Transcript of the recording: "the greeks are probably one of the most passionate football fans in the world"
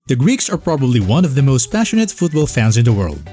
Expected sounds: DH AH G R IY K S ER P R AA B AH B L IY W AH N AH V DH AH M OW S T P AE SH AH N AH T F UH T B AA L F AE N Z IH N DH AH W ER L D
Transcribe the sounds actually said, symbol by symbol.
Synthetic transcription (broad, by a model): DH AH G R IY K S ER P R AA B AH B L IY W AH N AH V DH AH M OW S T P AE SH AH N AH T F UH T B AA L F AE N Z IH N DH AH W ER L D